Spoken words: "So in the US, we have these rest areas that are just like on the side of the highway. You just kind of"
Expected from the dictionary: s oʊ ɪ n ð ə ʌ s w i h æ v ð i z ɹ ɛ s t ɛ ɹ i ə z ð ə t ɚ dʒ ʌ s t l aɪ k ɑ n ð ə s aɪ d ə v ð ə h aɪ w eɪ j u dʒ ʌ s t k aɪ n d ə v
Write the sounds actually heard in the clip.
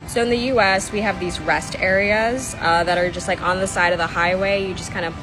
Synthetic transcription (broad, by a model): s oʊ ɪ n ð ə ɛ s w i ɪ v ð i z ɹ ɛ s t ɛ ɹ i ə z ð ə t ɚ dʒ ʌ s t l aɪ k n ð ə s aɪ d ə v ð ə h aɪ w eɪ j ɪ dʒ ʌ s k aɪ n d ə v